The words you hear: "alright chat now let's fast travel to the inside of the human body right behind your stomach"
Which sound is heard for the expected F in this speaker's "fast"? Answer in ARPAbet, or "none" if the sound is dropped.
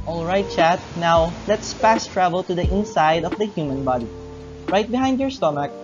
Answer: P